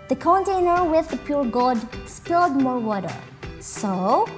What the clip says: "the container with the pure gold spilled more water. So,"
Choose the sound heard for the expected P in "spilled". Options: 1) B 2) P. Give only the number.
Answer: 2